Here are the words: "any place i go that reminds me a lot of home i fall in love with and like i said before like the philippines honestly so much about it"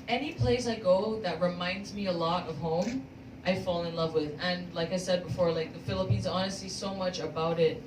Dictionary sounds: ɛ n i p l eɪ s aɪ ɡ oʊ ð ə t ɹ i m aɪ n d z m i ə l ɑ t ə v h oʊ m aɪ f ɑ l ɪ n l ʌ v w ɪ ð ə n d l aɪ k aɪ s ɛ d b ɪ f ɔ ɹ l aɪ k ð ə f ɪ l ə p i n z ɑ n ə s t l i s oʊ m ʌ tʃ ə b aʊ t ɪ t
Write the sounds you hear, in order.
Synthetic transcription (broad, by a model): ɛ n i p l eɪ s aɪ ɡ oʊ ð ə t ɹ i m aɪ n d z m i ə l ɑ t ə v h oʊ m aɪ f ɑ l ɪ n l ʌ v w ɪ ð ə n l aɪ k aɪ s ɛ d b ɪ f ɔ ɹ l aɪ k ð ə f ɪ l ə p i n z ɑ n ə s t l i s oʊ m ʌ tʃ ə b aʊ t ɪ t